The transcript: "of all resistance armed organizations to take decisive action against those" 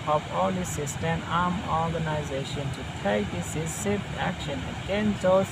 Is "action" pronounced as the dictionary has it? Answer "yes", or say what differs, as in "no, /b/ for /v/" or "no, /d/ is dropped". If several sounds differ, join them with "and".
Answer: yes